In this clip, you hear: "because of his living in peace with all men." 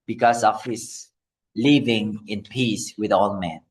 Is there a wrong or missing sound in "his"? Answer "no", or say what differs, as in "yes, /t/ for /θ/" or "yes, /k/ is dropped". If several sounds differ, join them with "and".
yes, /s/ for /z/